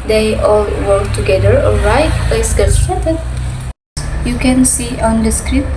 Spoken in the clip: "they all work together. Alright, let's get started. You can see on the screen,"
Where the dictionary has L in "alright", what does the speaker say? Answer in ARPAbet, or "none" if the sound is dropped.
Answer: none